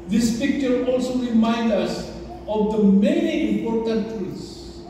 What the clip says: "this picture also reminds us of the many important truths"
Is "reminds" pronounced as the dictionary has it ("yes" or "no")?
no